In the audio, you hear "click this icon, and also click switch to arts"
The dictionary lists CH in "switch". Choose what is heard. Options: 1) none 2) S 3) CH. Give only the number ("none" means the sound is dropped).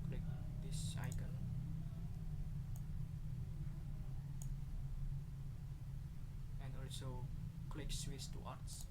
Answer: 2